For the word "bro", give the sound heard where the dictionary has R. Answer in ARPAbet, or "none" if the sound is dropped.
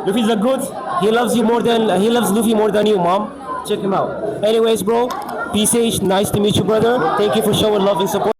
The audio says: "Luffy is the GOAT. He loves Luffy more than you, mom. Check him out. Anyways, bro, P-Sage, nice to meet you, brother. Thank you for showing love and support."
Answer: R